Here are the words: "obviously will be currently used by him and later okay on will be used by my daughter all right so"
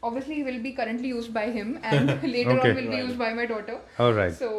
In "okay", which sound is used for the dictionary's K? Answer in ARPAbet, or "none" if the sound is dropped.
none